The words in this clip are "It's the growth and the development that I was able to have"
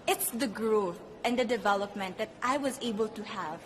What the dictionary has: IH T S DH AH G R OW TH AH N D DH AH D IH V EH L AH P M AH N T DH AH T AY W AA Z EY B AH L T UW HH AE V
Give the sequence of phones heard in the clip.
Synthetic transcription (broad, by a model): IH T S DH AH G R OW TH AH N D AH D IH V EH L AH P M AH N T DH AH T AY W AA Z EY B AH L T UW HH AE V